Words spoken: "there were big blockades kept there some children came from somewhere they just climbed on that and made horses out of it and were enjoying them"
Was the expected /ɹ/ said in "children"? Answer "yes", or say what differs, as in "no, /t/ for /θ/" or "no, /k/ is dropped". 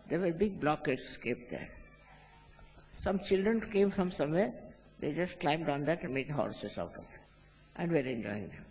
yes